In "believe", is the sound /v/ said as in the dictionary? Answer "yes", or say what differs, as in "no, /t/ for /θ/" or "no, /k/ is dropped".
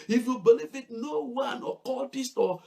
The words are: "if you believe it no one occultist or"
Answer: no, /f/ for /v/